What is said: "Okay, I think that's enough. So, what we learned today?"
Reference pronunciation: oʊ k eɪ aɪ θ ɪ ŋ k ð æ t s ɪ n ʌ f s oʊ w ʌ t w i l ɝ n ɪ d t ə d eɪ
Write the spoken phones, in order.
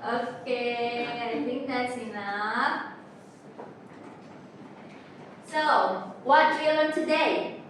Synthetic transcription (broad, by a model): oʊ k eɪ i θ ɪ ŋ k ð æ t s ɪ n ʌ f s oʊ w ʌ t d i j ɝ l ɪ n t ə d eɪ